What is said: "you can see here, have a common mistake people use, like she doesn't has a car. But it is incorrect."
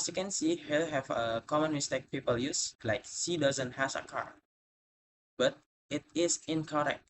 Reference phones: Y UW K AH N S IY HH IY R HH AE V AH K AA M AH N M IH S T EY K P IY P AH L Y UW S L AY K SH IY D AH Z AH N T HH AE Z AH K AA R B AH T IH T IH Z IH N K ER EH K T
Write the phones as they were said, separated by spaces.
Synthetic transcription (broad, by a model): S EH K AH N S IY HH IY L HH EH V AH K AA M AH N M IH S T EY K P IY P AH L Y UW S L AY K S IY D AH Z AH N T HH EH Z AH K AA R B AH T IH T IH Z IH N K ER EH K T